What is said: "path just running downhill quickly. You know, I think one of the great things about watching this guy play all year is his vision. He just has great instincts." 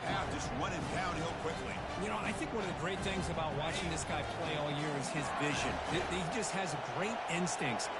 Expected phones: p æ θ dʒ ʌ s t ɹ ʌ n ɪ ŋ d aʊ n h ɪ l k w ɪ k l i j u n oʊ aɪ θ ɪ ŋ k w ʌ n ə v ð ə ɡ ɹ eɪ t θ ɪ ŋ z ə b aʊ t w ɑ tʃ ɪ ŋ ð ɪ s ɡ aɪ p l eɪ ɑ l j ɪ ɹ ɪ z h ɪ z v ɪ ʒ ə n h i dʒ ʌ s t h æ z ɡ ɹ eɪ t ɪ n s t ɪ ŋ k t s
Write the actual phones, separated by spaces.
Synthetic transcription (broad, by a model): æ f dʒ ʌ s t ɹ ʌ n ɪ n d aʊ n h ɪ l k w ɪ k l i j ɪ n oʊ aɪ θ ɪ ŋ k w ʌ n ə v ð ə ɡ ɹ eɪ t θ ɪ ŋ z ə b aʊ t w ɑ tʃ ɪ ŋ ð ɪ s ɡ aɪ p l eɪ ɑ l j ɪ ɹ ɪ z ɪ z v ɪ ʒ ə n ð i dʒ ʌ s t h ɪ z ɡ ɹ eɪ t ɪ n s t ɪ ŋ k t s